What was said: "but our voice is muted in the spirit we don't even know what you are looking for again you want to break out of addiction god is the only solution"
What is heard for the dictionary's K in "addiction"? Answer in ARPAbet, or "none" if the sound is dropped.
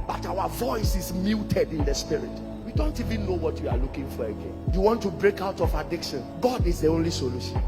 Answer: K